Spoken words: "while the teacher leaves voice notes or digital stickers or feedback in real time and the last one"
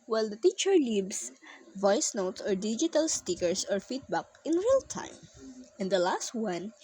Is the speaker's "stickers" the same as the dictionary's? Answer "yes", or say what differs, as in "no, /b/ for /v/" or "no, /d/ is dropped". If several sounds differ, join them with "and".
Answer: no, /s/ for /z/